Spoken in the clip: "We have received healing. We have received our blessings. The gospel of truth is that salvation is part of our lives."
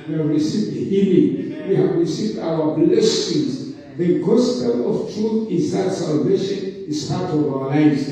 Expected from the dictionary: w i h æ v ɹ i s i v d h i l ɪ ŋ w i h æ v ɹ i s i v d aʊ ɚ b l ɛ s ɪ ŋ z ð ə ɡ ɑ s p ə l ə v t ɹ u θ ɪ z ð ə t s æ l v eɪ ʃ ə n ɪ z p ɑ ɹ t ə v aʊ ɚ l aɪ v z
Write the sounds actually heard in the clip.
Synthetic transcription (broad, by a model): w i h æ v ɹ i s i v d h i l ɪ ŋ w i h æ v ɹ i s i v d aʊ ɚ b l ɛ s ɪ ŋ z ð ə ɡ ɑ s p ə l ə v t ɹ u θ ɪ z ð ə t s æ l v eɪ ʃ ə n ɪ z p ɑ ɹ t ə v aʊ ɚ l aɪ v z